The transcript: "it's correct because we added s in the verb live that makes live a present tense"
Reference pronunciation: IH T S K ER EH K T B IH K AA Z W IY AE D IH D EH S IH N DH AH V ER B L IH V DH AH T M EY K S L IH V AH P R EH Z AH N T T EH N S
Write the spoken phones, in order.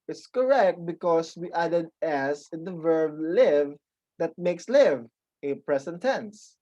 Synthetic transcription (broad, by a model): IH T S K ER EH K T B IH K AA S W IY AE D IH D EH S IH N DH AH V ER B L IH V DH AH T M EY K S L IH V AH P R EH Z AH N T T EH N S